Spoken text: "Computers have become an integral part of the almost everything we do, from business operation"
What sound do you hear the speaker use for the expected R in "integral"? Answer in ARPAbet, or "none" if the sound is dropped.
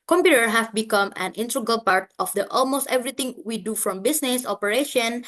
none